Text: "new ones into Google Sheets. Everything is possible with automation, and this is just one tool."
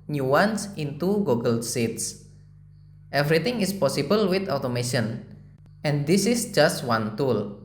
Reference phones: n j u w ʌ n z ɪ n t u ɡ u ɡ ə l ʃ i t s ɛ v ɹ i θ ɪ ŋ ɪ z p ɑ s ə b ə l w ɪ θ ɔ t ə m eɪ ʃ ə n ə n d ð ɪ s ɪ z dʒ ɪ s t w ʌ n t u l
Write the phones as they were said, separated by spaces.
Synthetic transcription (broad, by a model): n j u w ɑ n s ɪ n t u ɡ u ɡ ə l s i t s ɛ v ɹ i t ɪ ŋ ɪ s p ɑ s ə b ə l w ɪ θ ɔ t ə m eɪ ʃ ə n ə n d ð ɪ s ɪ s dʒ ɪ s t w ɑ n t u l